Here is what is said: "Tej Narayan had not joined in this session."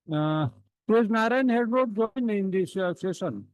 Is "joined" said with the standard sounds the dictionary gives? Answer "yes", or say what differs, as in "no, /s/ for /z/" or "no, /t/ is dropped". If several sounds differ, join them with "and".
no, /d/ is dropped